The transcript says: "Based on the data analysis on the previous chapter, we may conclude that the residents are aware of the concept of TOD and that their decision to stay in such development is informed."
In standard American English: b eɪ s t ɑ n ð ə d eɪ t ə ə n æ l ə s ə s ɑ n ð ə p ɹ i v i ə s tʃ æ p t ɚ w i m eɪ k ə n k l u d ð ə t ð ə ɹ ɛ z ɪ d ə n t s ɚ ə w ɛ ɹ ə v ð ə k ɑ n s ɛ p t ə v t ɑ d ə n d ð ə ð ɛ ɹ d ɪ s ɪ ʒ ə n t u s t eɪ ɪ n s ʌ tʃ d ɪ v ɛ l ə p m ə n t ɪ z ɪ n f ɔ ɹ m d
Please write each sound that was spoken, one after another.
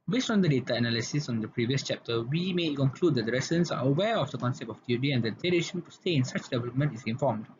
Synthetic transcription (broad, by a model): b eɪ s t ɑ n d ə d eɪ t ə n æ l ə s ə s ɑ n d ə p ɹ i v i ə s tʃ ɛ p t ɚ w i m eɪ k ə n k l u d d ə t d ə ɹ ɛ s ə n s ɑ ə w ɛ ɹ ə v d ə k ɑ n s ɛ p t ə f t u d ə n d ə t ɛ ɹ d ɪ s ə n t u s t eɪ ɪ n s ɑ tʃ d ɪ v ɛ l ə p m ə n t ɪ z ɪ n f ɔ m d